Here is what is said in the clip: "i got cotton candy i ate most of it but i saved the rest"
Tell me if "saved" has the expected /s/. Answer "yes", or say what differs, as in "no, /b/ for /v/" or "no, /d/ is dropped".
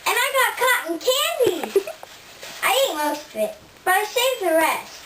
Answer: no, /ʃ/ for /s/